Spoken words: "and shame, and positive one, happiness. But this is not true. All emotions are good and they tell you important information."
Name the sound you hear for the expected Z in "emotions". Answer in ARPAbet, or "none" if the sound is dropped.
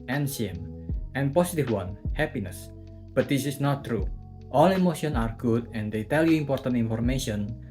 none